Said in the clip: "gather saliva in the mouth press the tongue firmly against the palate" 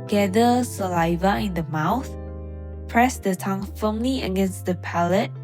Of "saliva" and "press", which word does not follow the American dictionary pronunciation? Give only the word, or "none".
none